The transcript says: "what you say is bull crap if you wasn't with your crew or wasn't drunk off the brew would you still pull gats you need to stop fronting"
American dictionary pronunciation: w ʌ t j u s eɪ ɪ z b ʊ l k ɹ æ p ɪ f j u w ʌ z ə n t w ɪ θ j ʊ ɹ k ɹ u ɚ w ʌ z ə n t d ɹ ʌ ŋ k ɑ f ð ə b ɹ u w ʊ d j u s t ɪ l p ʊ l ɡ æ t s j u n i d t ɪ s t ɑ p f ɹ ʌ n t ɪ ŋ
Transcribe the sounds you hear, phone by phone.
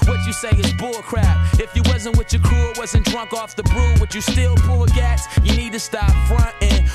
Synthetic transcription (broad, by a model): w ʌ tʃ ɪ s eɪ ɪ z b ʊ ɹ k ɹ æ ɪ f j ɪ w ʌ z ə n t w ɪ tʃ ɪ k u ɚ w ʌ z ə n d ɹ ʌ ŋ k ɑ f ð ə b ɹ u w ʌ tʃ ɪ s t ɪ l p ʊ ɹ ɡ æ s j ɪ n i d t ɪ s t ɑ p f ɹ ʌ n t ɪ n